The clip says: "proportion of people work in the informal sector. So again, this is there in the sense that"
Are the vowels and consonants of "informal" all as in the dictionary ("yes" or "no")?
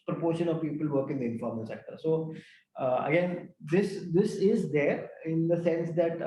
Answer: no